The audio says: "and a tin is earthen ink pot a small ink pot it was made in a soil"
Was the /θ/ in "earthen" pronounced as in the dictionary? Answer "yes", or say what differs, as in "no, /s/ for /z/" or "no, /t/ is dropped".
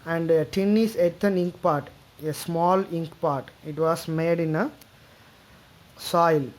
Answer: no, /t/ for /θ/